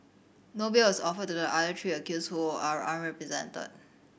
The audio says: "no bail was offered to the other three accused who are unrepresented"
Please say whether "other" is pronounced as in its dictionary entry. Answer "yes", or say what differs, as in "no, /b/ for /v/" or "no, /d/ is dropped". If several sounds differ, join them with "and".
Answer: no, /ð/ is dropped